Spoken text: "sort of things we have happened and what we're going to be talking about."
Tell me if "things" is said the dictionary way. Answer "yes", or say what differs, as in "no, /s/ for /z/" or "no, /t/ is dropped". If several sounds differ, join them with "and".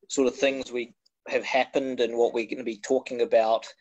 yes